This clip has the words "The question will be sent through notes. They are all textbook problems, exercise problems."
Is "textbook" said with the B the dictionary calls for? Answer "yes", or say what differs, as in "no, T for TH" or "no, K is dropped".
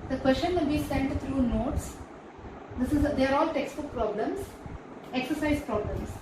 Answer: no, B is dropped